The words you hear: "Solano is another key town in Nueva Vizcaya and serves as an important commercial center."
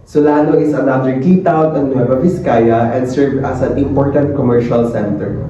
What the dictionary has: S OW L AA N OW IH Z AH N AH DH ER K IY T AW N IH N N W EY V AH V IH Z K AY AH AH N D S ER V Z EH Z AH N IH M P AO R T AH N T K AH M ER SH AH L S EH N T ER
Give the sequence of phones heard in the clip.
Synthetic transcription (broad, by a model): S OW L AA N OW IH S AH N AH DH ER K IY T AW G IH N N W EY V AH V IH S K AY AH AH N D S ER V AH S AH N IH M P AO R T AH N T K AH M ER SH AH L S EH N T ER